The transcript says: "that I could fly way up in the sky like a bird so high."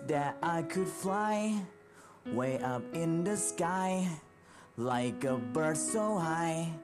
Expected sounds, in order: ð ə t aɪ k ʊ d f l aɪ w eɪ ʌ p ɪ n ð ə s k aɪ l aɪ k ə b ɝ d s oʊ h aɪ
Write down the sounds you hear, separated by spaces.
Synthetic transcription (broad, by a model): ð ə t aɪ k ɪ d f l aɪ w eɪ ʌ p ɪ n ð ə s k aɪ l aɪ k ə b ɝ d s oʊ h aɪ